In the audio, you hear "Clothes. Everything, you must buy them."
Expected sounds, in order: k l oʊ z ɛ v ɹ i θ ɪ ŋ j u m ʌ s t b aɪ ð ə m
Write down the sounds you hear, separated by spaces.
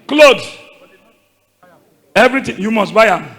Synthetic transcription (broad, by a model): k l oʊ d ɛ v ɹ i t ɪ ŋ j u m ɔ s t b aɪ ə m